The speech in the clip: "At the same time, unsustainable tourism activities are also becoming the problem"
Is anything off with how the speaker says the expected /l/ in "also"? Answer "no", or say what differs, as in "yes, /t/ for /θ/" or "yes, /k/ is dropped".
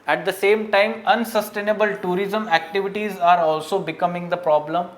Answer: no